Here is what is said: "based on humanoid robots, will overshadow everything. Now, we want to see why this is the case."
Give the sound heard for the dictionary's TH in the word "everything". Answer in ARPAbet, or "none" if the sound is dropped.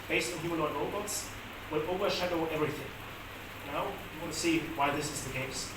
TH